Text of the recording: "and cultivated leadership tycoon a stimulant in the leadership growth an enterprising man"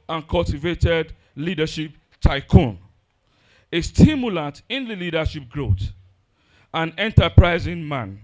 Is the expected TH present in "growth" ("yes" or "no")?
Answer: no